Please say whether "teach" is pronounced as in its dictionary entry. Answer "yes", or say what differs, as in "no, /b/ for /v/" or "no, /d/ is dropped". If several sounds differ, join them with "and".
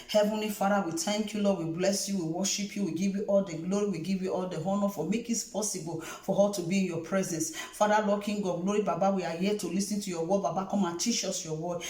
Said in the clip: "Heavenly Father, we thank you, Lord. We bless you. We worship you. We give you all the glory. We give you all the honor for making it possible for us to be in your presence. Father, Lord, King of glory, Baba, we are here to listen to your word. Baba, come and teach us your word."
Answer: no, /ʃ/ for /tʃ/